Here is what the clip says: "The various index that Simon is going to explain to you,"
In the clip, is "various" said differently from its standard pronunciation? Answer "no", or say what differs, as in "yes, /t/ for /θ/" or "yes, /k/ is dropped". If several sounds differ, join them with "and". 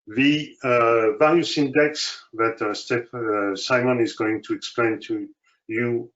yes, /l/ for /ɹ/